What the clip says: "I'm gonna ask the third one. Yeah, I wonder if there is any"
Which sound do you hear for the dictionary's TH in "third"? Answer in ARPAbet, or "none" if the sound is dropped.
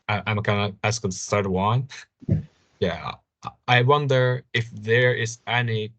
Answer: S